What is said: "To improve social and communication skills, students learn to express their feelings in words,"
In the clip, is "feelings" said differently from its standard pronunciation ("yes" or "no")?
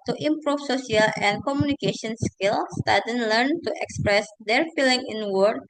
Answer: yes